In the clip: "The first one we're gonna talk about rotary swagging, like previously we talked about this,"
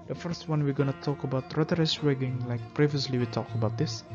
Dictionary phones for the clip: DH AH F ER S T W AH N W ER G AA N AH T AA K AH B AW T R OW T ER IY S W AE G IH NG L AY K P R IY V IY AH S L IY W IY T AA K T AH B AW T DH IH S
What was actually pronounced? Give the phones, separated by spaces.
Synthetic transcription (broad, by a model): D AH F ER S T W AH N W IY G AA N AH T AA K AH B AW T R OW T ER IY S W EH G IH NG L AY K P R IY V IY AH S L IY W IY T AA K AH B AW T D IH S